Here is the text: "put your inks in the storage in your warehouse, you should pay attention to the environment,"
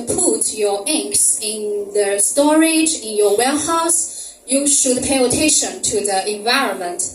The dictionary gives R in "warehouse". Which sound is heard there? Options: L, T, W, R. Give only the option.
L